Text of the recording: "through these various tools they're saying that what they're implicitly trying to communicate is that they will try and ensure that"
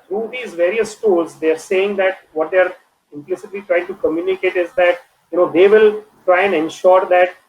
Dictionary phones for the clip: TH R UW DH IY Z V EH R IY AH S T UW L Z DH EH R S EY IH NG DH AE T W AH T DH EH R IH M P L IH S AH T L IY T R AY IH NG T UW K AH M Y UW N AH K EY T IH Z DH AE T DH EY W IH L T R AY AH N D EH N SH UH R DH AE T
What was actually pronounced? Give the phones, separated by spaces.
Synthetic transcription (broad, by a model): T R UW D IY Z V EH R IY AH S T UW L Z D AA R S EY IH NG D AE T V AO T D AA R IH M P L IH S AH T L IY T R AY IH NG T UW K AH M Y UW N AH K EY T IH Z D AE T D EY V IH L T R AY AH N D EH N SH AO R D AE T